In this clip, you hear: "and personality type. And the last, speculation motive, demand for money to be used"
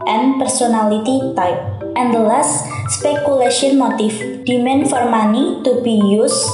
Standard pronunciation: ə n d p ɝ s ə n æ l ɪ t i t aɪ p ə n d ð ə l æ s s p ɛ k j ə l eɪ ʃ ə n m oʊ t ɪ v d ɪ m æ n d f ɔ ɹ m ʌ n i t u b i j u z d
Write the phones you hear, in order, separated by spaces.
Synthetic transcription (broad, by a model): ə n p ɝ s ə n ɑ l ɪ t i t aɪ p ə n d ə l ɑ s s p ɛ k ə l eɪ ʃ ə n m oʊ t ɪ f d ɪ m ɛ n f ɔ ɹ m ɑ n i t u b i j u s